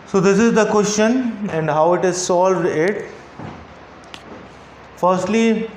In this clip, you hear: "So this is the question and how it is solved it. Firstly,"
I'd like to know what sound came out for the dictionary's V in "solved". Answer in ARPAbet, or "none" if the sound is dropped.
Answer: V